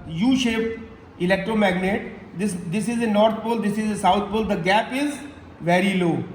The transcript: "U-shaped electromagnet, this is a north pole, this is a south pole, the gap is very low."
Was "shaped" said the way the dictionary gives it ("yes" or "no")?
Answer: no